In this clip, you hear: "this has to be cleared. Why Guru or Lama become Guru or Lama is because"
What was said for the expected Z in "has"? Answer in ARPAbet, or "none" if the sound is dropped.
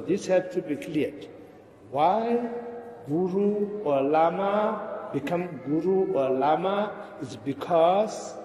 S